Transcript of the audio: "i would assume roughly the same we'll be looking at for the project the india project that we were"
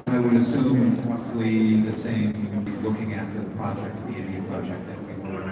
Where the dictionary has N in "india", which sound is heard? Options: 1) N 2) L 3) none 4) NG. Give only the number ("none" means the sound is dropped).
3